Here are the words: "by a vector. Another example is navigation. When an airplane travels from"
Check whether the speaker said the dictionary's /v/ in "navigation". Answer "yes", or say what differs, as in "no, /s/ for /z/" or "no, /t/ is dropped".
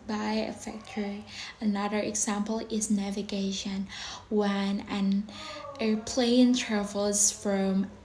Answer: yes